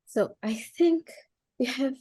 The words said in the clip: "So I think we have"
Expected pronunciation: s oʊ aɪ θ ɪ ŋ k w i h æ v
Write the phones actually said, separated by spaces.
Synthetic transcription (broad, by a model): s oʊ aɪ θ ɪ ŋ k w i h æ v